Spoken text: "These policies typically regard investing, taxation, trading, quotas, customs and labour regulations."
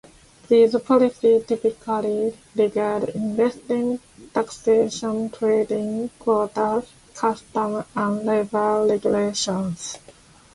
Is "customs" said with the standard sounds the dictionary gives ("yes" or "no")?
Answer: no